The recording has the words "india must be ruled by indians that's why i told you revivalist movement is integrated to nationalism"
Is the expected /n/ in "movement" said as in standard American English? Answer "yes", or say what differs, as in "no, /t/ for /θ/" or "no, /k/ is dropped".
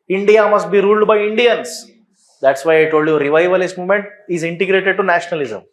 yes